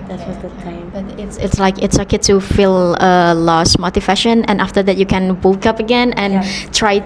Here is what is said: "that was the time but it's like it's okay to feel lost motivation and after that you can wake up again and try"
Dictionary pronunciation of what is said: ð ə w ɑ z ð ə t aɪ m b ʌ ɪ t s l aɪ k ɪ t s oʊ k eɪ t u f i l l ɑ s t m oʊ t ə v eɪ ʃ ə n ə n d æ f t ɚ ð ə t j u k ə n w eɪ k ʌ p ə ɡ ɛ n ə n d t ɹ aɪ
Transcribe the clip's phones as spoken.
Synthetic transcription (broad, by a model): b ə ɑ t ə t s ɪ t s l aɪ k ɪ t s oʊ k eɪ t u f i l l ɑ s m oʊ t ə f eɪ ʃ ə n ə n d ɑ f t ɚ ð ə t j u k ə n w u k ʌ p ə ɡ ɛ n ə n t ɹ aɪ